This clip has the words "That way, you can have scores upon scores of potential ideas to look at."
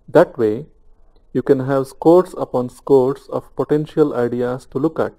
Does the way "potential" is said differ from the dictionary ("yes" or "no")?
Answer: no